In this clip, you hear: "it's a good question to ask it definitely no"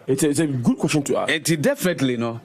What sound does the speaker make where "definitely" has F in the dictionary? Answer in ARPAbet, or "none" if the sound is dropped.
F